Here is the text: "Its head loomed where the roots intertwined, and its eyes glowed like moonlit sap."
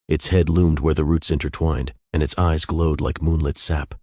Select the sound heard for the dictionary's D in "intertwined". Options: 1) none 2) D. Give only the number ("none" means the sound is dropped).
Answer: 2